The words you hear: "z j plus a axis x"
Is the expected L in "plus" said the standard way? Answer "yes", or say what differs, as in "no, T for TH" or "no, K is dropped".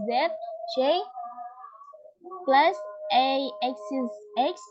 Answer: yes